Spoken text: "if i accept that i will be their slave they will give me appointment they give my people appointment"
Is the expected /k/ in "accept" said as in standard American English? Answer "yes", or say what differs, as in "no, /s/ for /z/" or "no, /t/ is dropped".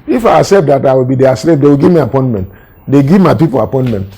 no, /k/ is dropped